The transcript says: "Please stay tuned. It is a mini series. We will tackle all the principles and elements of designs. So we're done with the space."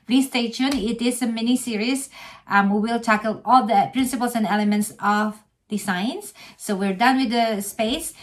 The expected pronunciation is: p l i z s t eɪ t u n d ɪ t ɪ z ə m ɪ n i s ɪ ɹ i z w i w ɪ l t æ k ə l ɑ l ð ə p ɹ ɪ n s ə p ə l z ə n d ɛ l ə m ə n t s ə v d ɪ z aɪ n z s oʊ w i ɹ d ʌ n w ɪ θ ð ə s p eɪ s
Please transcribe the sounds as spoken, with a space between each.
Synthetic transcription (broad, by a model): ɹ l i s t eɪ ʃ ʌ n ɪ t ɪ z ə m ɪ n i s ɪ ɹ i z w i w ɪ l t æ k ə l ɑ l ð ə p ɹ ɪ n s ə p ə l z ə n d ɛ l ə m ə n t s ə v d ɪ s aɪ n s oʊ w i ɹ d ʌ n w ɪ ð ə s p eɪ s